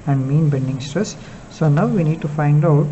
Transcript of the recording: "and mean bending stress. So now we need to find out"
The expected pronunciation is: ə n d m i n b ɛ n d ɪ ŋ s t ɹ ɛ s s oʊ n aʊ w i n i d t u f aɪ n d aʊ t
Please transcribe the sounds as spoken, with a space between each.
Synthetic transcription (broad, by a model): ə n d m i n b ɛ n d ɪ ŋ s t ɹ ɛ s s oʊ n aʊ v i n i d t u f aɪ n d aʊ t